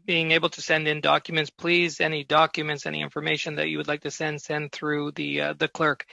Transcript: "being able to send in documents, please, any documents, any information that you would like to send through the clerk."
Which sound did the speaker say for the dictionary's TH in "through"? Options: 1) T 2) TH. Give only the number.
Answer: 2